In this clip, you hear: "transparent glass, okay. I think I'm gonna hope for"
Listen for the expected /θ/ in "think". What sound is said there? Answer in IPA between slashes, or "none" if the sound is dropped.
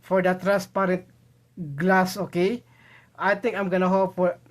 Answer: /t/